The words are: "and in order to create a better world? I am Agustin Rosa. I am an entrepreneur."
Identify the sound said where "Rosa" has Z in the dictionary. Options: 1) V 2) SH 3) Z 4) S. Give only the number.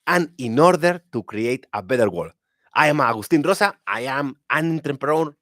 4